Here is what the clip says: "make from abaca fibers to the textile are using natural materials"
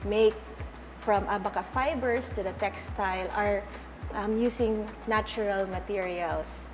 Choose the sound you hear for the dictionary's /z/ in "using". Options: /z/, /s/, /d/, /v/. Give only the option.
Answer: /s/